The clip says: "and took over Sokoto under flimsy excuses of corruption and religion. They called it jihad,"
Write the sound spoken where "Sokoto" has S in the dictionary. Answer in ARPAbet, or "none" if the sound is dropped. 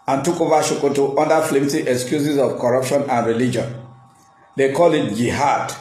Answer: SH